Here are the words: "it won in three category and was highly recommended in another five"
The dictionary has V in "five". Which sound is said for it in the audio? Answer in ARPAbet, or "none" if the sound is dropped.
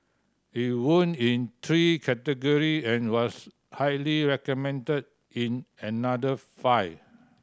none